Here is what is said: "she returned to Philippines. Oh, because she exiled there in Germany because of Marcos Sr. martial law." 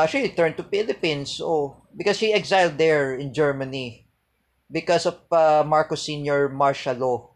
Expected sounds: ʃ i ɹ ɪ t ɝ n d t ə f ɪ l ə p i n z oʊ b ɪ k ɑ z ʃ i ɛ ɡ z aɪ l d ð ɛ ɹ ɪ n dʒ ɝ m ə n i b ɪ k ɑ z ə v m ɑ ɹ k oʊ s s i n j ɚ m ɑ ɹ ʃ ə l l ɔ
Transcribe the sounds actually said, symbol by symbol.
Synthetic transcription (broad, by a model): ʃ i l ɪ t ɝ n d t ə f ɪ l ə p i n s oʊ b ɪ k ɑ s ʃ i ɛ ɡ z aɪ l d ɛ ɹ ɪ n dʒ ɝ m ə n i b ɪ k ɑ s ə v m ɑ ɹ k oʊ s s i n j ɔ m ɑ ɹ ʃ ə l l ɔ